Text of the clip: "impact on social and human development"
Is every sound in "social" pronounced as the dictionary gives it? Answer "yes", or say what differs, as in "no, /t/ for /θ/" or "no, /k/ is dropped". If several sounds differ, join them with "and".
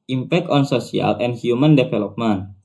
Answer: no, /s/ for /ʃ/